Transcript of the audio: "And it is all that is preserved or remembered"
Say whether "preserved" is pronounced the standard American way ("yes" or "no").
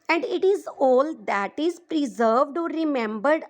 yes